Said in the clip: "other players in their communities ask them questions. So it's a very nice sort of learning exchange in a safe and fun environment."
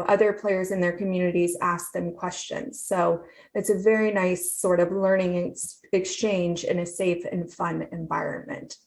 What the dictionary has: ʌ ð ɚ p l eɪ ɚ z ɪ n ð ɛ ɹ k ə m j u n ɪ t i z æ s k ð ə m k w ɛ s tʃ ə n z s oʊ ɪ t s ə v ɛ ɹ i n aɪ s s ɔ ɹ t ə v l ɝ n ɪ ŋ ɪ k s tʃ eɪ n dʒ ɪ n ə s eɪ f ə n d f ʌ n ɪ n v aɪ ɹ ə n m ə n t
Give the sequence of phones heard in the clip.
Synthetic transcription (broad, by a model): ʌ ð ɚ p l eɪ ɚ z ɪ n ð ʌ ɹ k ə m j u n ɪ t i z æ s k ð ə m k w ɛ s tʃ ə n z s oʊ ɪ t s ə v ɛ ɹ i n aɪ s s ɔ ɹ t ə v l ɝ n ɪ ŋ ɪ k s tʃ eɪ n dʒ ɪ n ə s eɪ f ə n f ʌ n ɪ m v aɪ ɹ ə n m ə n t